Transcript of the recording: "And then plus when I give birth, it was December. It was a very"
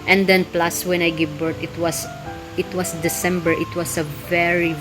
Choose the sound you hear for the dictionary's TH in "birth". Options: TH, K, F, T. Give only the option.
T